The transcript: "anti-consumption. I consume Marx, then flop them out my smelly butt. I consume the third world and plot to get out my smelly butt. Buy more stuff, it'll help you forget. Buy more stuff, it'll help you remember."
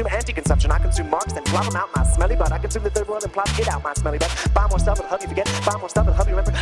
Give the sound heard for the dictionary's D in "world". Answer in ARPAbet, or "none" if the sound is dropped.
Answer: none